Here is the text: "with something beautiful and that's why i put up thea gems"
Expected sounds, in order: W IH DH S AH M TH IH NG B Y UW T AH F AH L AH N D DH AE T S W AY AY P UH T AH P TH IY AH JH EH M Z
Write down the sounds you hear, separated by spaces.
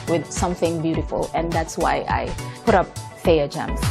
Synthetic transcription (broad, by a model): W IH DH S AH M TH IH NG B Y UW T AH F AH L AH N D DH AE T S W AY AY P UH T AH P F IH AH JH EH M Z